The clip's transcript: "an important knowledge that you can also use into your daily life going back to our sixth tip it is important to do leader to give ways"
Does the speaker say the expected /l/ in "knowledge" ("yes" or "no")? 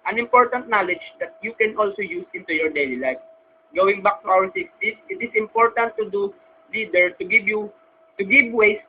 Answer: yes